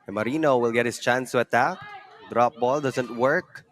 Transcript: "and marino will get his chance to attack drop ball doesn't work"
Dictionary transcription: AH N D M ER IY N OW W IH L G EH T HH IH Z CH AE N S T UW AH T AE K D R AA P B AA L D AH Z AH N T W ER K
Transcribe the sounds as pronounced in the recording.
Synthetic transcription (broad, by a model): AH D IY N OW W IH L G EH T HH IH S CH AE N S T UW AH T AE K D R AA P B AA L D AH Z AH N T W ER K